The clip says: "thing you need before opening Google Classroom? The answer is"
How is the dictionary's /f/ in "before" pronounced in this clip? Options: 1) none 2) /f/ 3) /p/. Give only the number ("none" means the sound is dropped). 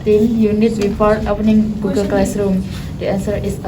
3